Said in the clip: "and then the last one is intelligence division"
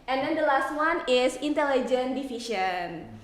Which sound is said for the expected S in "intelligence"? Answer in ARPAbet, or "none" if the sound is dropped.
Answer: none